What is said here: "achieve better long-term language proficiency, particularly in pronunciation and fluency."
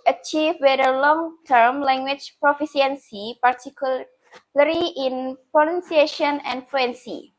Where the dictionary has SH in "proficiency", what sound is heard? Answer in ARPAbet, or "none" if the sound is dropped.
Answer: S